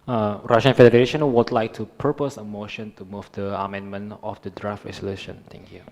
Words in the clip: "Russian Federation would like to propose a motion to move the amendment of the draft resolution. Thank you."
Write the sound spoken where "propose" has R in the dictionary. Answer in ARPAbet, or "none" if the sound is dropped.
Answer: none